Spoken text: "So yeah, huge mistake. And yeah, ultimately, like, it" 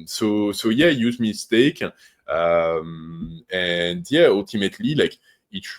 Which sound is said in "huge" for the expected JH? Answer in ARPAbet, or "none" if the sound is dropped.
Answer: Z